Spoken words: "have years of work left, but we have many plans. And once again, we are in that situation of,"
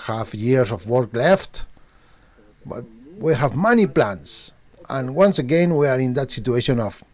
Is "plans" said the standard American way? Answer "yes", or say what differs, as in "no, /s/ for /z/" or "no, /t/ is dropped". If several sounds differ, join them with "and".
no, /s/ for /z/